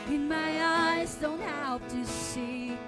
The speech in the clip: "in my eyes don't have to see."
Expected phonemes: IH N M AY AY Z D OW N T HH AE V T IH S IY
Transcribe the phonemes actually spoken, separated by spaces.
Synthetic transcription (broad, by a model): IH N M AY AY Z D OW N T HH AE P T IH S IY